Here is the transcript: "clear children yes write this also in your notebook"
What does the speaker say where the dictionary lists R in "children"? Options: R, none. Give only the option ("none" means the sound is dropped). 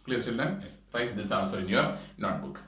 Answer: none